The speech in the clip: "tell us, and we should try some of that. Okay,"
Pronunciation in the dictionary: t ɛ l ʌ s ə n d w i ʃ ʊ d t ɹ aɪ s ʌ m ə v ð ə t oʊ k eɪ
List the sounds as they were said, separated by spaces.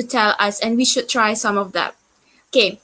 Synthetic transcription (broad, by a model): t ɛ l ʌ s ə n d w i ʃ ʊ d t ɹ aɪ s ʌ m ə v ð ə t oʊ k eɪ